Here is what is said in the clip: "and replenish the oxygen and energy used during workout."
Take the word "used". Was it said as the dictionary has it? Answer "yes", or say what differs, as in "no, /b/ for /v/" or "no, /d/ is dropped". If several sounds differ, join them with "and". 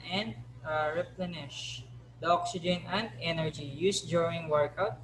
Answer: no, /s/ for /z/